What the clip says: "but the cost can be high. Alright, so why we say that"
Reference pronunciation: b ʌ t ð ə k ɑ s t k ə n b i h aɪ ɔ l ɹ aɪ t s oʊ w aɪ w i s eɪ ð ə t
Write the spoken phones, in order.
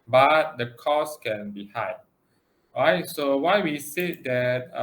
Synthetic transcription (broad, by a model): b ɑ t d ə k ɑ s k ə n b i h aɪ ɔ ɹ aɪ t s oʊ w aɪ w i s eɪ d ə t